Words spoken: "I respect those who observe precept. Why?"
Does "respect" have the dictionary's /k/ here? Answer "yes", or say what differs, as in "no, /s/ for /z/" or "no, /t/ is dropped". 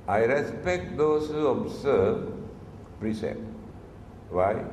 yes